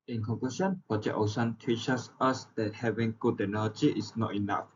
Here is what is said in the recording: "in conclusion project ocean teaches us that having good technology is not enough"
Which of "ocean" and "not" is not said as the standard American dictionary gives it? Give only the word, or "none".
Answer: ocean